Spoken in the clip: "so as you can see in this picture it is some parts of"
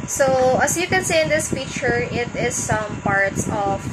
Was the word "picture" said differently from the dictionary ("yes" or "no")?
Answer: yes